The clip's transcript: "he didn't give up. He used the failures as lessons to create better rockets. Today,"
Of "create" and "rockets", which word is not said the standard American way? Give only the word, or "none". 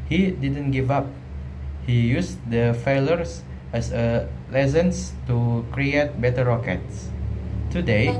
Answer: none